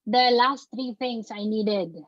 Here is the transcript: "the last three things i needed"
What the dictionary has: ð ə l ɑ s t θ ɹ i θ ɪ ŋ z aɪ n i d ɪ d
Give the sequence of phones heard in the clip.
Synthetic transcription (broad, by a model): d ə l ɑ s t ɹ i t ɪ ŋ s aɪ n i d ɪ d